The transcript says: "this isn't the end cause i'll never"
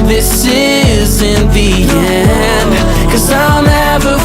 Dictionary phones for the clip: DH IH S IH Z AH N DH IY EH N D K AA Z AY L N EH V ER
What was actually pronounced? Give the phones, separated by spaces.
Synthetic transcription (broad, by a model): DH IH S IH Z AH N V IY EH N K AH Z AY L N EH V ER